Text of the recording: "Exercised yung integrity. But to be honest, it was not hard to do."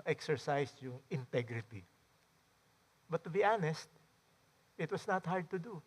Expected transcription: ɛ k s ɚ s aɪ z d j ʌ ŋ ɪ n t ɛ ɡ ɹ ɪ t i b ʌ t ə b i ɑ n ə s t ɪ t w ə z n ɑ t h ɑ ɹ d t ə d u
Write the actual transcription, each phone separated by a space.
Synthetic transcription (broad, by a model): ɛ k s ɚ s aɪ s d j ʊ ŋ ɪ n t ɛ ɡ ɹ ɪ t i b ʌ t ə b i ɑ n ə s t ɪ t w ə s n ɑ t h ɑ ɹ d t ə d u